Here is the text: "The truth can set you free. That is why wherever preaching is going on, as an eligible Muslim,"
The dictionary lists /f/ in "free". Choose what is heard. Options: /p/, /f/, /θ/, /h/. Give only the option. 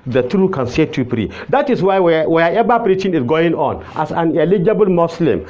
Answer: /p/